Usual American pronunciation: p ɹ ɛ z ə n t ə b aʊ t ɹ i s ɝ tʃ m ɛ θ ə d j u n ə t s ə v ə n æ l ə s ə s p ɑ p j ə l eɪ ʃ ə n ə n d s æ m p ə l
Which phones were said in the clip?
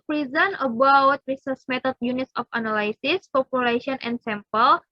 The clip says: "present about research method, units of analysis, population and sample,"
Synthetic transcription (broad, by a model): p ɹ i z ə n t ə b aʊ t ɹ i s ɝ s m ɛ t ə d j u n ə t s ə f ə n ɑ l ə s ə s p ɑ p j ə l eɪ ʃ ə n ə n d s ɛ m p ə l